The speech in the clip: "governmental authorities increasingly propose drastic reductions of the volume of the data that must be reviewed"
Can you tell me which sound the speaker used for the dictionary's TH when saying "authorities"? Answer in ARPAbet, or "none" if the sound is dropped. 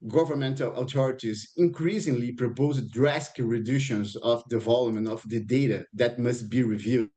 T